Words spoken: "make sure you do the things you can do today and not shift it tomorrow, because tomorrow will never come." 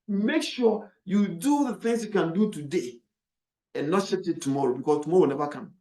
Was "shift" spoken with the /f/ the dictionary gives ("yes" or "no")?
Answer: no